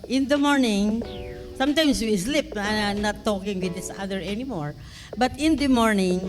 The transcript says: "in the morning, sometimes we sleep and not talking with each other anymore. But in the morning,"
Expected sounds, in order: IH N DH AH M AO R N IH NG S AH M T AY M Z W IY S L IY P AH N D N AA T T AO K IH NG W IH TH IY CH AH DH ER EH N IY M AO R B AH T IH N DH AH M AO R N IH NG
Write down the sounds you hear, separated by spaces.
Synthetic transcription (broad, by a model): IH N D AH M AO R N IH NG S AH M T AY M S W IY S L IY P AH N N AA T T AO K IH NG W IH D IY S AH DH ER EH N IY M AO R B AH T IH N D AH M AO R N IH NG